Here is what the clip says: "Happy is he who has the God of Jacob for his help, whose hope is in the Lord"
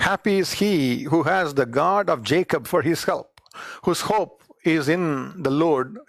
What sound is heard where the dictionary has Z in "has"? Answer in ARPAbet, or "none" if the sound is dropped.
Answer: Z